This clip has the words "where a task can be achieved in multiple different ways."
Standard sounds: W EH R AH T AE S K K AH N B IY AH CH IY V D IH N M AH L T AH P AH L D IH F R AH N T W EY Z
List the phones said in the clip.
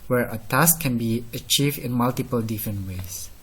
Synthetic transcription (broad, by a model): W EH R AH T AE S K K AH N B IY AH CH IY V D IH N M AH L T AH P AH L D IH F R AH N T W EY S